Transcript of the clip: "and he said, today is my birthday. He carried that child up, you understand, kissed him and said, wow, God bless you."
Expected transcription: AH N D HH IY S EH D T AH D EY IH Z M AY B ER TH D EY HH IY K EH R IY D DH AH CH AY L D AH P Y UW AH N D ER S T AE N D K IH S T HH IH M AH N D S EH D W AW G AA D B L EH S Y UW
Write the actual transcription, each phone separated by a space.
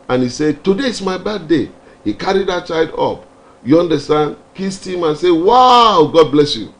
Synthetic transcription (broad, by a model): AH N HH IY S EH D T AH D EY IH S M AY B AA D EY HH IY K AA R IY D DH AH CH AY D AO P Y UW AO N D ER S T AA N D K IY S T HH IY M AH N S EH W AW G AA D B L EH S Y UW